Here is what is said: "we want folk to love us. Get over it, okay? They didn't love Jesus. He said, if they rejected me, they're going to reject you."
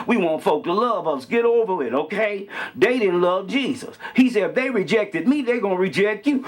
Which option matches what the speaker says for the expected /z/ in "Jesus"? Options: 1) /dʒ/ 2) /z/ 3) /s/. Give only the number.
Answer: 2